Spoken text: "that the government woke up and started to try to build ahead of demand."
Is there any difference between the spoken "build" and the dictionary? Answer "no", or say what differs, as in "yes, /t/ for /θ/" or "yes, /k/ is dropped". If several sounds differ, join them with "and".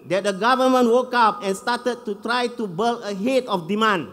yes, /d/ is dropped